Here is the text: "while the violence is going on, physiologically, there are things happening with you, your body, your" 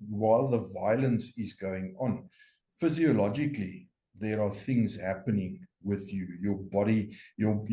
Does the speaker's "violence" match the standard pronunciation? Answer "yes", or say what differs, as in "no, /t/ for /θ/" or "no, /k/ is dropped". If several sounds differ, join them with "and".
yes